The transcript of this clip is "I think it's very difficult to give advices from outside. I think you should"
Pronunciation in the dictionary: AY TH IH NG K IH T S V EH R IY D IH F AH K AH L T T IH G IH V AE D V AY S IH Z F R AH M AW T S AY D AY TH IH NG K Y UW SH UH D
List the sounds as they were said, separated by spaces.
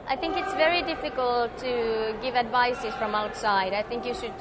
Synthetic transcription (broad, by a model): AY TH IH NG K IH T S V EH R IY D IH F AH K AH L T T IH G IH V AE D V AY S IH Z F R AH M AW T S AY D AY TH IH NG K Y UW SH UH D